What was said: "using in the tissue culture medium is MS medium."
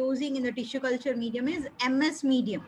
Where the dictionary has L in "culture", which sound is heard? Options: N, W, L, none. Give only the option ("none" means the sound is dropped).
L